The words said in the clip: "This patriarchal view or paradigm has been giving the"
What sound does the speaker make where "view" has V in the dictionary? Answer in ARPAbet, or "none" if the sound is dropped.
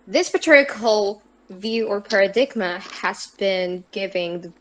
V